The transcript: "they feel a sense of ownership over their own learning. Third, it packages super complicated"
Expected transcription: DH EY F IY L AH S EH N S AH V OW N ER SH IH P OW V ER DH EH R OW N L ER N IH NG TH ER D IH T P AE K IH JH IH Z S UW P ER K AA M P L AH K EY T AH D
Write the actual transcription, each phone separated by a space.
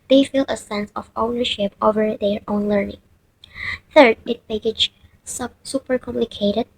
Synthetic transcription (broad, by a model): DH EY F IY L AH S EH N S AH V OW N ER SH IH P OW V ER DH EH R OW N L ER N IH NG TH ER D IH T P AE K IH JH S S UW P ER K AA M P L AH K EY T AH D